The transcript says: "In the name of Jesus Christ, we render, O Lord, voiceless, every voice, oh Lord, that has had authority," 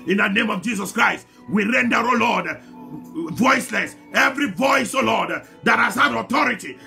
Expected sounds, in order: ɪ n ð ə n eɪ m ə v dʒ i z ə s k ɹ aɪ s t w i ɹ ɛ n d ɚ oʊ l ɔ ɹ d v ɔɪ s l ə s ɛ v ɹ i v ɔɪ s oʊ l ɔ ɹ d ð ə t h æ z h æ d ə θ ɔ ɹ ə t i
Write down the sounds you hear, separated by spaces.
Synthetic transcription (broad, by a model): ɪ n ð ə n eɪ m ə v dʒ i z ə s k ɹ aɪ s t w i ɹ ɛ n d ɚ oʊ l ɔ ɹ d v ɔɪ s l ə s ɛ v ɹ i v ɔɪ s oʊ l ɔ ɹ d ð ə t h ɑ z h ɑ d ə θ ɔ ɹ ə t i